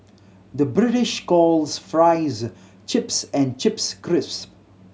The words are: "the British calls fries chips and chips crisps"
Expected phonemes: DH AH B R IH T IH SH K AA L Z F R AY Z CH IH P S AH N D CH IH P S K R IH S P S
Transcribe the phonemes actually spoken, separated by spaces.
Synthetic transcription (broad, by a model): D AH B R IH T IH SH K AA L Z F R AY Z CH IH P S AH N D CH IH P S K R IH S S